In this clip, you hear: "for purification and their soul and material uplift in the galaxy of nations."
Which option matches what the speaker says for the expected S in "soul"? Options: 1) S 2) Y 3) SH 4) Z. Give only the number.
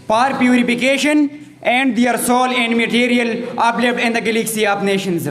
1